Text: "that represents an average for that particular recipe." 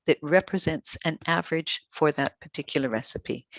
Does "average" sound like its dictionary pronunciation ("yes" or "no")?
yes